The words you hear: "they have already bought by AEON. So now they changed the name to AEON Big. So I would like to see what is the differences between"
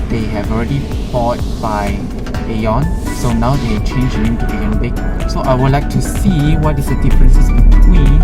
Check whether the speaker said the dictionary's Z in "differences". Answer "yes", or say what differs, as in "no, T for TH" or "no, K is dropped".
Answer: no, S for Z